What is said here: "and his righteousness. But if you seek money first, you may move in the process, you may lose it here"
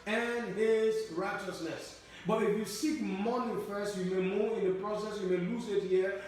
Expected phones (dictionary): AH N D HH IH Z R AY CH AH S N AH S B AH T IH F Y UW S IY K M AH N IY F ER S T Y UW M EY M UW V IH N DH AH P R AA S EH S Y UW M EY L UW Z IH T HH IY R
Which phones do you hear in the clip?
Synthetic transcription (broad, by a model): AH N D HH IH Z R AY CH AH S N AH S B AH T IH F Y UW S IY K M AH N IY F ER S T Y UW M EY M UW IH N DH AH P R AA S EH S Y UW M EY L UW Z IH T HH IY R